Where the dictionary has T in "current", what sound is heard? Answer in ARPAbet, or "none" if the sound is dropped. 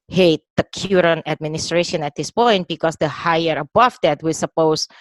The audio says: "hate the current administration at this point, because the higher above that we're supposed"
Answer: none